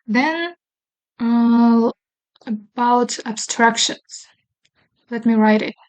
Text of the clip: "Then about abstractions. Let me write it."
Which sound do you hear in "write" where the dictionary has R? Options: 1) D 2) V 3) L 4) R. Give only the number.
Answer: 4